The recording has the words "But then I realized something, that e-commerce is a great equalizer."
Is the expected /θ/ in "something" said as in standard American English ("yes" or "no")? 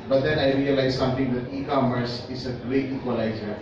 no